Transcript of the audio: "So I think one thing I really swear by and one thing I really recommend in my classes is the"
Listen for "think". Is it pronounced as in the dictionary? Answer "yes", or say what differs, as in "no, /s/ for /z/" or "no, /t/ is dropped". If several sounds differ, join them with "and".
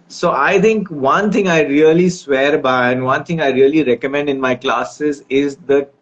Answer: no, /t/ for /θ/